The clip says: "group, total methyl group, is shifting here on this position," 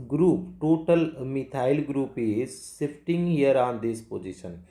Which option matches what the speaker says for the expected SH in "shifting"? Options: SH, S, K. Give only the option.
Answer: S